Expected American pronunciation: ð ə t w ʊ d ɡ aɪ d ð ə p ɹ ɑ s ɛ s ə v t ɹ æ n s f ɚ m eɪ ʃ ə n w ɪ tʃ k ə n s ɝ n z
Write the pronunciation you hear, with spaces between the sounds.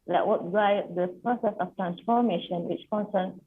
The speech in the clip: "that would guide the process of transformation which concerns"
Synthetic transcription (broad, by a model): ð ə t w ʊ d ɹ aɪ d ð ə p ɹ ɑ s ɛ s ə f t ɹ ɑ n s f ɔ m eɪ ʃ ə n w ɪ tʃ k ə n s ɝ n